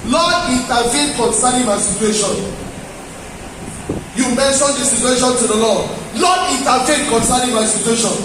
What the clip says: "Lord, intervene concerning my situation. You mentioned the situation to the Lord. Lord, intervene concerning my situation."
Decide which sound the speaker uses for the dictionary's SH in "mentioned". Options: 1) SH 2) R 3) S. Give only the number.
3